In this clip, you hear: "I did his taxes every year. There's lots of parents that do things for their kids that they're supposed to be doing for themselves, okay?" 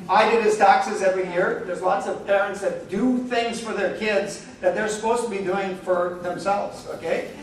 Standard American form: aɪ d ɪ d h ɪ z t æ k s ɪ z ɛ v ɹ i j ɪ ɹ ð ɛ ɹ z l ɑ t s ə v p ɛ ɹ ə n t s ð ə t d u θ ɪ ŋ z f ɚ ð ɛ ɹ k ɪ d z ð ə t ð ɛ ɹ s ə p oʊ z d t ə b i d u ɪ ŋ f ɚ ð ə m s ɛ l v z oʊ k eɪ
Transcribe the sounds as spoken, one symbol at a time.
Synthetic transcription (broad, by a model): aɪ d ɪ d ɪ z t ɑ k s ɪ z ɛ v ɹ i j ɪ ɹ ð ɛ ɹ z l ɑ t s ə v p ɛ ɹ ə n t s ð ə t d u θ ɪ ŋ z f ɚ ð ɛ ɹ k ɪ d z ð ə t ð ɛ ɹ s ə p oʊ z t ə b i d u ɪ ŋ f ɚ ð ə m s ɛ l v z oʊ k eɪ